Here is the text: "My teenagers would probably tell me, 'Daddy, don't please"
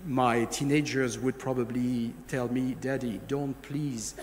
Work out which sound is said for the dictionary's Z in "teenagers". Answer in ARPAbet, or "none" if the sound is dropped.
Z